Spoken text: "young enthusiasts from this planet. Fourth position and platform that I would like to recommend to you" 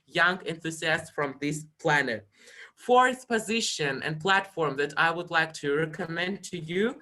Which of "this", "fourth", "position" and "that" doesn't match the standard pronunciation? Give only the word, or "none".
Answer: fourth